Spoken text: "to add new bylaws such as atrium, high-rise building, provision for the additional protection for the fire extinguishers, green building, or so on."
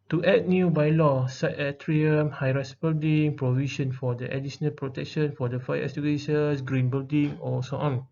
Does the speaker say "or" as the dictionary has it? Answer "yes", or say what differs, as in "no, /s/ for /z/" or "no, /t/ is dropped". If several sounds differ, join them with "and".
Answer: no, /l/ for /ɹ/